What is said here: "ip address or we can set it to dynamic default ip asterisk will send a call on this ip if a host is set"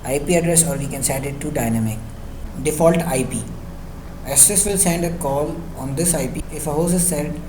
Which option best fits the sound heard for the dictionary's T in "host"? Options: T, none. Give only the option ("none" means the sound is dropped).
none